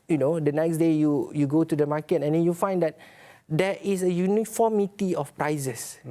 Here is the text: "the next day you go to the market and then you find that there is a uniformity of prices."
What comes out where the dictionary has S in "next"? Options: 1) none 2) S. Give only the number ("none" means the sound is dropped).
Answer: 2